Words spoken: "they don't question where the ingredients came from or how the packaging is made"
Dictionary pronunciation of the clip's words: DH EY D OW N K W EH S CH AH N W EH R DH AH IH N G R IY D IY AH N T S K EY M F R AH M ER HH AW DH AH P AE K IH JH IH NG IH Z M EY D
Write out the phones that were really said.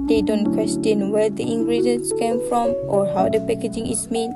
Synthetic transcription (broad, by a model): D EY D OW N K W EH S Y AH N W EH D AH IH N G R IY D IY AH N S K EY M F R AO M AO HH AW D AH P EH K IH JH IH NG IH S M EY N